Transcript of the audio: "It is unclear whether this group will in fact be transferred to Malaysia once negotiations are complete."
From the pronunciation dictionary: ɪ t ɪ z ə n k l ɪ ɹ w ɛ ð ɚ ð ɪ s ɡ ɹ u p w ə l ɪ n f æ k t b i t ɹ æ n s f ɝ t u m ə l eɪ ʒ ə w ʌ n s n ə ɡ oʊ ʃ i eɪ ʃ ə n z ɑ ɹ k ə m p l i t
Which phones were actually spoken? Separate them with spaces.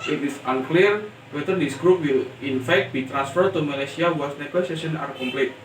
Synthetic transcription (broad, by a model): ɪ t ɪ s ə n k l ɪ ɹ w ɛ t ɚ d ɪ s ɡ ɹ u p w ə l ɪ n f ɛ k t b i t ɹ æ n s f ɝ t u m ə l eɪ s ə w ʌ s n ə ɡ oʊ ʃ i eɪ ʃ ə n ɑ ɹ k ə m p l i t